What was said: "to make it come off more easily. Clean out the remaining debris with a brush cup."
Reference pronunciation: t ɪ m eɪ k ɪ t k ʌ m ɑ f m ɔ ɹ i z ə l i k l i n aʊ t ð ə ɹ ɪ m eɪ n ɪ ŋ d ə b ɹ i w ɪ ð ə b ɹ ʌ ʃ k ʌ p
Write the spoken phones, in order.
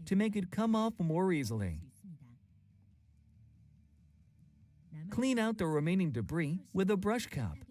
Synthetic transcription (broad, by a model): t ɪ m eɪ k ɪ t k ʌ m ɑ f m ɔ ɹ i z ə l i k l i n aʊ t ð ə ɹ ɪ m eɪ n ɪ ŋ d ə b ɹ i w ɪ ð ə b ɹ ʌ ʃ k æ p